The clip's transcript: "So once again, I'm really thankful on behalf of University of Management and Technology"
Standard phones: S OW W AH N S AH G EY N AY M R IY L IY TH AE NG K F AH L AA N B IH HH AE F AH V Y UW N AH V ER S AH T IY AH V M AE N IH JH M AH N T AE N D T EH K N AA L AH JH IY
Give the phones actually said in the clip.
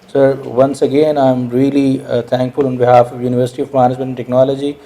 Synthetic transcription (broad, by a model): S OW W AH N S AH G EY N AY M R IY L IY T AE NG K F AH L AA N B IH HH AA F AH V Y UW N AH V ER S AH T IY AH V M AE N IH JH M AH N T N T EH K N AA L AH JH IY